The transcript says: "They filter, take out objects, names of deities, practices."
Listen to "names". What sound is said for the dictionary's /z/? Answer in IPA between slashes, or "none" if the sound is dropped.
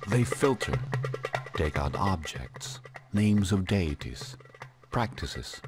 /z/